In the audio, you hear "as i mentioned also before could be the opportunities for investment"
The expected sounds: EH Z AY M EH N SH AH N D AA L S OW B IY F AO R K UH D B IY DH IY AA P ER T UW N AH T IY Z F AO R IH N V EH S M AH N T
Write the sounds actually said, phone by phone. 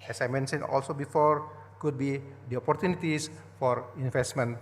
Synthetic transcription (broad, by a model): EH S AY M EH N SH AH N AA L S OW B IY F AO R K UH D B IY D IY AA P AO T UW N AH T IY S F AO R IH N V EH S M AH N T